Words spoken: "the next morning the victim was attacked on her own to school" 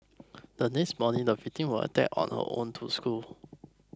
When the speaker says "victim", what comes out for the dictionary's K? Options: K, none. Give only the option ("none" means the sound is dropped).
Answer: none